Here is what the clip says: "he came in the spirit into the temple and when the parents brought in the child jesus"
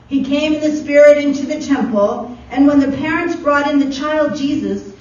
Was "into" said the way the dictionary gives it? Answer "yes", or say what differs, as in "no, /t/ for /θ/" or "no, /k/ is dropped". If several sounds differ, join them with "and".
yes